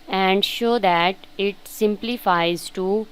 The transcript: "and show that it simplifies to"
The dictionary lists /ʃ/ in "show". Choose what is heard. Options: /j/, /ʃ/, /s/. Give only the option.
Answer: /ʃ/